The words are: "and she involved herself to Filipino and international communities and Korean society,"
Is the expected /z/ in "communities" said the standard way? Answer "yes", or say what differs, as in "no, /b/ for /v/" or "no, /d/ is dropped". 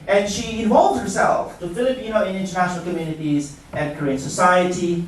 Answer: yes